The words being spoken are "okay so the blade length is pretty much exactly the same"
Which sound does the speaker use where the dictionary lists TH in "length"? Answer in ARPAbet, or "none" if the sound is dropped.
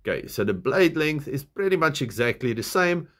TH